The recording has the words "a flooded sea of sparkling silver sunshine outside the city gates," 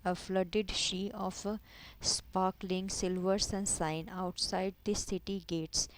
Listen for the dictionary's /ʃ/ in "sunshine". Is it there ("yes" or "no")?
no